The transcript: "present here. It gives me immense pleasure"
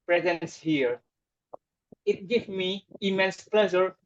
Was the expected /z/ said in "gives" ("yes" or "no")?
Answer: no